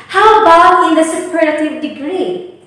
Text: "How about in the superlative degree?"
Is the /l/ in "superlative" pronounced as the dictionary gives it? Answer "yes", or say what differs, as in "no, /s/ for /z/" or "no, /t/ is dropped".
no, /l/ is dropped